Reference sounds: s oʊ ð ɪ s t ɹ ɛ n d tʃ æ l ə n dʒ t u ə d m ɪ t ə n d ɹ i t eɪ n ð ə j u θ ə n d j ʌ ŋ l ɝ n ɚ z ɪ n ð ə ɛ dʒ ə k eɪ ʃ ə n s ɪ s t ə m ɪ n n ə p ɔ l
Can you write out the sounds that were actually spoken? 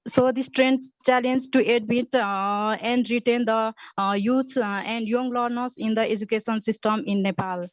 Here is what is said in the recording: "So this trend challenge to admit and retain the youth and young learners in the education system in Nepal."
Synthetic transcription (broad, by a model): s oʊ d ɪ s t ɹ ɛ n d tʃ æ l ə n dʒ t u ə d m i t ə n d ɹ i t eɪ n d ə j u s ə n d j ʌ ŋ l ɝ n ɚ s ɪ n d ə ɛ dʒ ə k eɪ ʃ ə n s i s t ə m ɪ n n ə p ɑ l